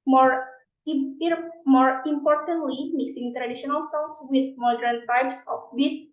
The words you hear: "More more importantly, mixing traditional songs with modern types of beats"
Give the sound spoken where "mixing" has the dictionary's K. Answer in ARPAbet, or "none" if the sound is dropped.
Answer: none